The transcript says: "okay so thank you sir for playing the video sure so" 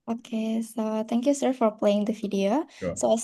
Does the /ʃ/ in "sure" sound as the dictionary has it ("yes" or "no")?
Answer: no